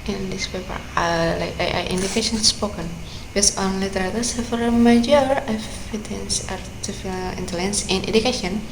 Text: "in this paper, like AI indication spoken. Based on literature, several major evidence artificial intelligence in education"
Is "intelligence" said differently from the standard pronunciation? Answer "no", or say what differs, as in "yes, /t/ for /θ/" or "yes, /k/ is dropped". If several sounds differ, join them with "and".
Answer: no